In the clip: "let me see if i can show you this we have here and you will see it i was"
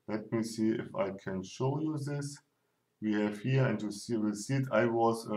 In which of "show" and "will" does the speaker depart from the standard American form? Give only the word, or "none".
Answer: will